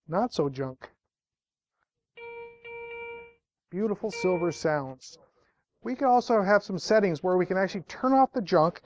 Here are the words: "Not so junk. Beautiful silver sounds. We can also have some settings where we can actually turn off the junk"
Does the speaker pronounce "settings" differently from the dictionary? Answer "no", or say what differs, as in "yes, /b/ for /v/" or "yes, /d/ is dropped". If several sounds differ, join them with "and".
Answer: no